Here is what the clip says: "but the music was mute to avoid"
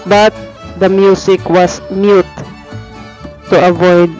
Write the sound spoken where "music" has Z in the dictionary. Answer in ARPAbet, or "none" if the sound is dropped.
S